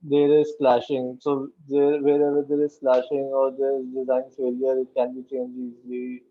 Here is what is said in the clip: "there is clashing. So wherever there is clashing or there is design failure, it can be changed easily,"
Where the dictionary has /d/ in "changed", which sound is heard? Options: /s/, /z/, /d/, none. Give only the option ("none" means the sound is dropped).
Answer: none